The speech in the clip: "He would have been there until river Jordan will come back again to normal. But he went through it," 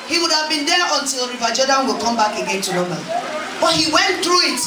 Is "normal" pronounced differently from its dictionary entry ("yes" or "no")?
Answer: yes